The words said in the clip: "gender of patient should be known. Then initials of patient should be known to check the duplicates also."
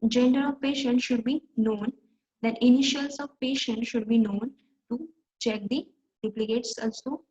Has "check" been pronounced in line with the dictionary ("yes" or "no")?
yes